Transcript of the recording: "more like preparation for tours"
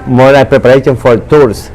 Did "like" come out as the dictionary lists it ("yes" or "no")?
no